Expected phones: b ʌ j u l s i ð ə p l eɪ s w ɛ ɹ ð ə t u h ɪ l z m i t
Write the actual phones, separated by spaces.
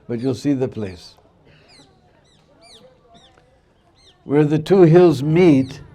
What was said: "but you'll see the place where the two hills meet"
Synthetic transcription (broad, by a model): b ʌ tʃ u l s i ð ə p l eɪ s w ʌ ɹ ð ə t u h ɪ l z m i t